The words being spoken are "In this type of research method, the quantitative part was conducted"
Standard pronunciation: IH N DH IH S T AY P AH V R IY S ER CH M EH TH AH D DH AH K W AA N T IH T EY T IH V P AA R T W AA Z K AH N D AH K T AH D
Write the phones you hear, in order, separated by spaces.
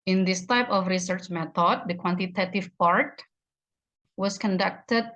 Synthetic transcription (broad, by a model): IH N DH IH S T AY P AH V R IY S ER CH M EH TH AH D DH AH K W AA N T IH T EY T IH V P AA R T W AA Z K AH N D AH K T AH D